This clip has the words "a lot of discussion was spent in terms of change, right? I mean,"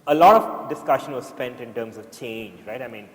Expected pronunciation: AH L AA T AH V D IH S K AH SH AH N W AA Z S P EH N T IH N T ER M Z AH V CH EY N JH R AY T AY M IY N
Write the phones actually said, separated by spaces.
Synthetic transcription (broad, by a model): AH L AA T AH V D IH S K AH SH AH N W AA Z S P EH N T IH N T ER M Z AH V CH EY N JH R AY T AY M IY N